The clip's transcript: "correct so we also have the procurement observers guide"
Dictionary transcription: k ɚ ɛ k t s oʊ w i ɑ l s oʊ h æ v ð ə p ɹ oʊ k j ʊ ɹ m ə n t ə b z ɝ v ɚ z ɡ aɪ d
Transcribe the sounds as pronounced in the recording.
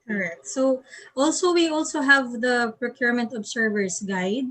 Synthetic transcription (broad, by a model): k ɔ ɛ k t s oʊ w i ɑ l s oʊ h æ v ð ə p ɹ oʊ k j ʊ ɹ m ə n t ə b s ɝ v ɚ s ɡ aɪ d